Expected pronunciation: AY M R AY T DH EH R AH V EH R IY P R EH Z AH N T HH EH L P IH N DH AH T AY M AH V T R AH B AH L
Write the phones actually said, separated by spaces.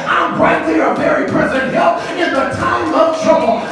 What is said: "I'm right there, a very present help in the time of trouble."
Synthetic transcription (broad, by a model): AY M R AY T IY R AH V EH R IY P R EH Z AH N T HH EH L IH N DH AH T AY M AH V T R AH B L